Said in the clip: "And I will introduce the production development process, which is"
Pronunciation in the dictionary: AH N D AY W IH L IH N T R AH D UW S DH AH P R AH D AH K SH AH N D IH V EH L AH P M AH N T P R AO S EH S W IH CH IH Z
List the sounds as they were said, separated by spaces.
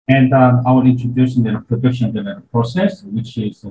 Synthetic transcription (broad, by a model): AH N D AY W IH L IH N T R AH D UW S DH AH P R AH D AH K SH AH N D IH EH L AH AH T P R AO S EH S W IH CH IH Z